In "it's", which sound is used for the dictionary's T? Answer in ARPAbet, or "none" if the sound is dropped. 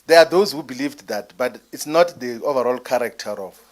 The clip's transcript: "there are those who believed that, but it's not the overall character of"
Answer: T